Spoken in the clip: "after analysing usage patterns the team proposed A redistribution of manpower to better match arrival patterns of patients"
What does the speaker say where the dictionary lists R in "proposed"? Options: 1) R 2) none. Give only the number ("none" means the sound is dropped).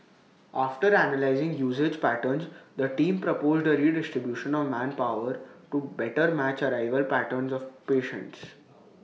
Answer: 1